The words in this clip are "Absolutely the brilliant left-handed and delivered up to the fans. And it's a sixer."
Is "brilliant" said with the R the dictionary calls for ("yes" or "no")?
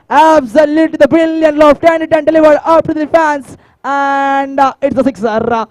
no